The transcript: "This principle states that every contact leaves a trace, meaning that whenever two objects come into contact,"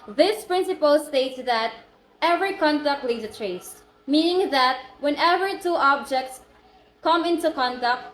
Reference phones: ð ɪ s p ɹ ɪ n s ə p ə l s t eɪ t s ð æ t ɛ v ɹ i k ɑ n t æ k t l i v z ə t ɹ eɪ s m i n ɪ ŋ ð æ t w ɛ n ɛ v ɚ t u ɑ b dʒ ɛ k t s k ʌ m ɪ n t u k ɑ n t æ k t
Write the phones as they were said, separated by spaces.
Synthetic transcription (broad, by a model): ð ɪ s p ɹ ɪ n s ə p ə l s t eɪ t s ð æ t ɛ v ɹ i k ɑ n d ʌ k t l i z ə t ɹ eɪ s m i n ɪ ŋ ð æ t w ɛ n ɛ v ɚ t u ɑ b dʒ ɛ k t s k ʌ m ɪ n t u k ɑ n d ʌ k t